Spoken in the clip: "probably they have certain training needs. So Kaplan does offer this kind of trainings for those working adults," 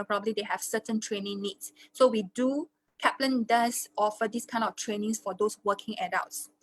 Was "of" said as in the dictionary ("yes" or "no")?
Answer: no